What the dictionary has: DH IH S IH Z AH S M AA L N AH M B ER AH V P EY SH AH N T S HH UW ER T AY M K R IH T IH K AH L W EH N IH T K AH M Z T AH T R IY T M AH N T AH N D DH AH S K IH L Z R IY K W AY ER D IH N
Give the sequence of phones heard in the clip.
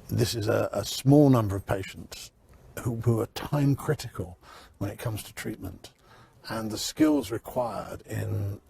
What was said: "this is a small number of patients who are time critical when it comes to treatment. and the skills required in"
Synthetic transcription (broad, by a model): DH IH S IH Z AH S M AA L N AH M B ER AH V P EY SH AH N T S HH UW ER T AY M K R IH T IH K AH L W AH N IH T K AH M Z T AH T R IY T M AH N T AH N DH AH S K IH L Z R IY K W AY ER D IH N